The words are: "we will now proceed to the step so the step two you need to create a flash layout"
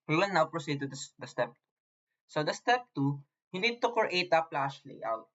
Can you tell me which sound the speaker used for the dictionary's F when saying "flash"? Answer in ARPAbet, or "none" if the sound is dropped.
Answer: P